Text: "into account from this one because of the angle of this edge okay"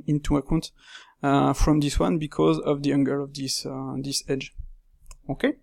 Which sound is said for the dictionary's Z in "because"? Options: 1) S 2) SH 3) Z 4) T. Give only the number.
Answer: 3